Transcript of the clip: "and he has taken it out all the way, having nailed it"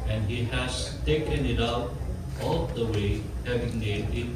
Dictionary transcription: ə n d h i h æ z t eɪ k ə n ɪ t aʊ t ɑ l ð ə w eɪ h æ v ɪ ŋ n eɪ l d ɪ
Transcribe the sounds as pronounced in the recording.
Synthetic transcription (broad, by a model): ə n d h i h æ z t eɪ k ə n ɪ t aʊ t ɑ l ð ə w eɪ h æ v ɪ ŋ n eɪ d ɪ